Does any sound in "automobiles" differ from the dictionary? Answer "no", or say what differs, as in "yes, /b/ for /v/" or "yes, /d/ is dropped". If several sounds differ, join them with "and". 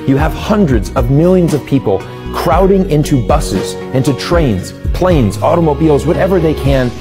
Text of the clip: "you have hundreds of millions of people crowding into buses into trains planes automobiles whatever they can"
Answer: no